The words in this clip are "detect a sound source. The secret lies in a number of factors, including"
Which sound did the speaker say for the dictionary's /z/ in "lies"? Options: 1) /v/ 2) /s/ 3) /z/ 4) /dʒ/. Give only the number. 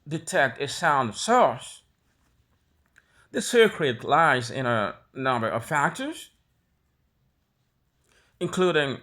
3